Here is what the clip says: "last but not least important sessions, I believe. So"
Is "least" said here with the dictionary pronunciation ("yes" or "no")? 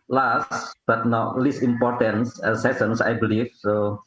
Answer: no